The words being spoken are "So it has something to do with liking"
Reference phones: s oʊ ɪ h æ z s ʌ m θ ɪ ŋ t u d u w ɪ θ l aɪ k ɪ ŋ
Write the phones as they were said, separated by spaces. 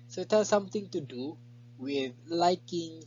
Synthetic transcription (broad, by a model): s oʊ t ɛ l s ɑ m t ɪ ŋ t u d u w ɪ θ l aɪ k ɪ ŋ